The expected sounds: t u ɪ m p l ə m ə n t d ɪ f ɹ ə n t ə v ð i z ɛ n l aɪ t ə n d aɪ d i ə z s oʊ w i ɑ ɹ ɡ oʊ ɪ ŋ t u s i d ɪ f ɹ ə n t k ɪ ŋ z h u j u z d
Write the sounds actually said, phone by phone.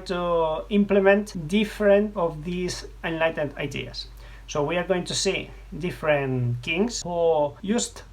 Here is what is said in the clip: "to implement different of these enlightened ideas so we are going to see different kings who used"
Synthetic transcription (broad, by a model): t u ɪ m p l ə m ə n t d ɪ f ɹ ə n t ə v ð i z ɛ n l aɪ t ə n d aɪ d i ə s oʊ w i ɑ ɹ ɡ oʊ ɪ ŋ t u s i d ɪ f ɹ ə n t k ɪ ŋ s h u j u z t